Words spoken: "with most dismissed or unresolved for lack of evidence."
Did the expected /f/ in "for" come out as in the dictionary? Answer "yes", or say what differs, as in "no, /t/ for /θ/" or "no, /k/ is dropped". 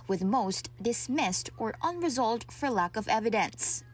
yes